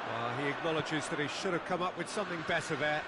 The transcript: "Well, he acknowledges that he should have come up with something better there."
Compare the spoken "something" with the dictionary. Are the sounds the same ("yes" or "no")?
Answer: yes